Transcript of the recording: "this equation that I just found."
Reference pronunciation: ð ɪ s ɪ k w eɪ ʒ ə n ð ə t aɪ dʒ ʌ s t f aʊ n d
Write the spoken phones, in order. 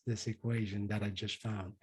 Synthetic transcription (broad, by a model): ð ɪ s ɪ k w eɪ ʒ ə n ð ə t aɪ dʒ ʌ s t f aʊ n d